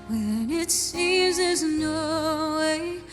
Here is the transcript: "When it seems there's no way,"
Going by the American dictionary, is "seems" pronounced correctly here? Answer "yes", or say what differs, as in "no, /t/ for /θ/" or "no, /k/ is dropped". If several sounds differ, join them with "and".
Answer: no, /m/ is dropped